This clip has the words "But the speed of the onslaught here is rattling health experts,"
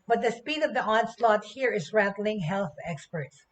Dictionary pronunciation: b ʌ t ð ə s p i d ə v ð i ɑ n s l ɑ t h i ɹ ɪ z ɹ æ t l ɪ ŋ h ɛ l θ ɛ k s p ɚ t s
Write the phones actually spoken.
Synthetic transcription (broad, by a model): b ʌ t ð ə s p i d ə v ð i ɑ n s l ɑ t h i ɹ ɪ z ɹ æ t l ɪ ŋ h ɛ l θ ɛ k s p ɚ t s